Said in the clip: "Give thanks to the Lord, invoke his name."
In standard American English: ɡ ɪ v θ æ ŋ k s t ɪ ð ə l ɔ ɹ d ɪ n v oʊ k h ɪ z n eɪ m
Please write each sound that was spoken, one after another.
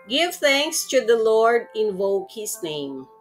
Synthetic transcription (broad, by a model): ɡ ɪ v θ æ ŋ k s t ɪ ð ə l ɔ ɹ d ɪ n v oʊ k h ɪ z n eɪ m